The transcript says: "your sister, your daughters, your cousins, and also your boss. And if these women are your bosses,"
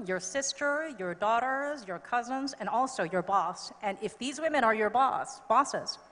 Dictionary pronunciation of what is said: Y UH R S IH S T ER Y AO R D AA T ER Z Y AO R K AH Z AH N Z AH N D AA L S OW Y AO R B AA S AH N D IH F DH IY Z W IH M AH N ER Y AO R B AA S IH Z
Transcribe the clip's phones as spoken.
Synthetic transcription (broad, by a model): Y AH R S IH S T ER Y AO R D AA T ER Z Y AO R K AH Z AH N Z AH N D AA L S OW Y AO R B AA S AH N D IH F DH IY Z W IH M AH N ER Y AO R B AA S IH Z